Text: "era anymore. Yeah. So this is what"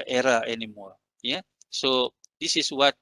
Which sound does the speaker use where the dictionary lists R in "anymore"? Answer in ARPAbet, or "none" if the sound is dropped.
L